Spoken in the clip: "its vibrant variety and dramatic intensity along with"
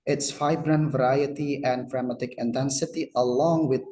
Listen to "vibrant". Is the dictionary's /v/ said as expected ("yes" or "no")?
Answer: no